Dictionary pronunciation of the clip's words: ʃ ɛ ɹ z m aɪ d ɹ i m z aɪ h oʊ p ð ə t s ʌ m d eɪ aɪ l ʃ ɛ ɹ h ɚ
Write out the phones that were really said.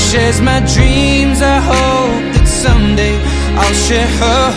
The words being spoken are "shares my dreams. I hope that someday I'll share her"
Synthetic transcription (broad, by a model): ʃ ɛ z m aɪ d ɹ i m z aɪ h oʊ p ð ə t s ʌ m d eɪ aɪ l ʃ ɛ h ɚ